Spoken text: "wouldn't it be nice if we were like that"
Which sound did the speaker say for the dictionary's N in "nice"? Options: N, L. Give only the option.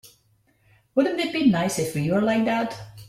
N